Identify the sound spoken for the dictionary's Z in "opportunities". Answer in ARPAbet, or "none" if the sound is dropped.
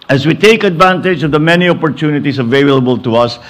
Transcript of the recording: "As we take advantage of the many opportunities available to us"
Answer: S